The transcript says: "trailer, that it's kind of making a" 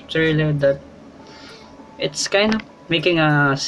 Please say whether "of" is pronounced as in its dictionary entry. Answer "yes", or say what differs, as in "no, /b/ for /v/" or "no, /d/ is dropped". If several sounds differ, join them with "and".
no, /p/ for /v/